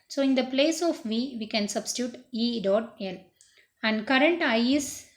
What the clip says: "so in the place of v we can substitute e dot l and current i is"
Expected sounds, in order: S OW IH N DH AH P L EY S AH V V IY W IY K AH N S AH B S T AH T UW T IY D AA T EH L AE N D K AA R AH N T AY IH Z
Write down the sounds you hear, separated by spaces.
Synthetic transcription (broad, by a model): S OW IH N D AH P L EY S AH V V IY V IY K AH N S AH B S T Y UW T IY D AA T EH L AE N D K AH R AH N T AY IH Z